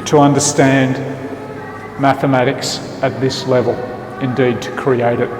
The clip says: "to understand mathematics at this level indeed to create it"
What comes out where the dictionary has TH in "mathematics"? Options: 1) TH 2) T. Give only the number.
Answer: 1